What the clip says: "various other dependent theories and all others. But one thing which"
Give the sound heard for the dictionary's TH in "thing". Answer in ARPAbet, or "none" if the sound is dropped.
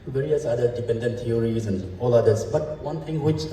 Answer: T